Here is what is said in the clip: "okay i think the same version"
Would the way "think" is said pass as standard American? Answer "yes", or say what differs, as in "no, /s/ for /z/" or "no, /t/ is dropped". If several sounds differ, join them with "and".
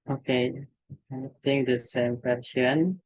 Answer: no, /t/ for /θ/